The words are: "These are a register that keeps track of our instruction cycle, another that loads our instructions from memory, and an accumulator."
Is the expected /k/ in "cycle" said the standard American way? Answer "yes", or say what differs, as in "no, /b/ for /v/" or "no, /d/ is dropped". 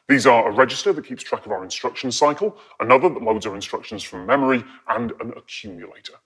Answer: yes